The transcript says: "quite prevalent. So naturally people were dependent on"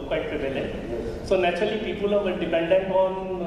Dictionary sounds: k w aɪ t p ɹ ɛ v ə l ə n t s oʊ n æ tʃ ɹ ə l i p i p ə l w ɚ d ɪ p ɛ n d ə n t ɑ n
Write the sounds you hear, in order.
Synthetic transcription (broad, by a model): k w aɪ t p ɹ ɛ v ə l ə t s oʊ n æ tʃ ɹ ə l i p i p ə l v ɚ d ɪ p ɛ n d ə n t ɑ n